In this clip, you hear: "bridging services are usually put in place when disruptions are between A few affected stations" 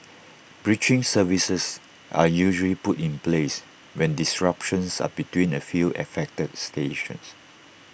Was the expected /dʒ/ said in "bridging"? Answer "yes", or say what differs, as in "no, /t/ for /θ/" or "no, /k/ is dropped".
no, /tʃ/ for /dʒ/